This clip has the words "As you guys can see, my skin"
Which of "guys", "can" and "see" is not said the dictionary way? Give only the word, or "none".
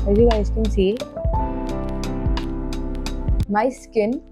guys